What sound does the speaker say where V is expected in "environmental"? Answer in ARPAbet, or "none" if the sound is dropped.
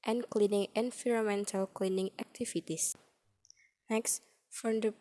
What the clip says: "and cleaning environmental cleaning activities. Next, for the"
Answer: F